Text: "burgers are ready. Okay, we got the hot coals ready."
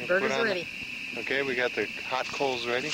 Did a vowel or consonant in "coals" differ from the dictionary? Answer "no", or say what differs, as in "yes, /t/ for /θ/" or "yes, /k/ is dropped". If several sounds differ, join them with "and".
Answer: no